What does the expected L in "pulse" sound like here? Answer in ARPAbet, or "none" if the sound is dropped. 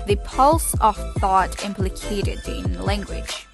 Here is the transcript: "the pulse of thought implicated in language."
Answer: L